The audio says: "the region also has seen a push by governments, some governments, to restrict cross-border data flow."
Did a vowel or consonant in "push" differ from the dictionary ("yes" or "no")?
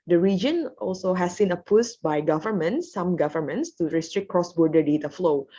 yes